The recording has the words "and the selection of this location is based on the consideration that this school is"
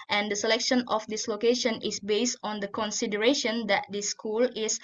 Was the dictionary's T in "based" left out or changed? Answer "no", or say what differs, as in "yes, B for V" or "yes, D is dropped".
no